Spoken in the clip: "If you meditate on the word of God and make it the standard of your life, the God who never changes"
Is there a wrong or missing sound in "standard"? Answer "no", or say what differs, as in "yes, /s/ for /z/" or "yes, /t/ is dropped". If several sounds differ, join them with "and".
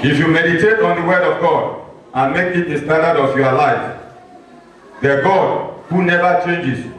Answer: yes, /n/ is dropped